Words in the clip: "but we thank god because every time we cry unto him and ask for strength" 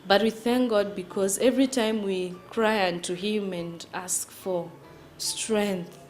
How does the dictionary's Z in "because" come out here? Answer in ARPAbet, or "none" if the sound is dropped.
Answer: Z